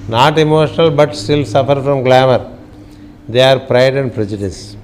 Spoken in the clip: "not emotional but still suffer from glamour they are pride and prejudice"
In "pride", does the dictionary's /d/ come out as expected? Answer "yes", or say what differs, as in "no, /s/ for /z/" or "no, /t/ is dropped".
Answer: yes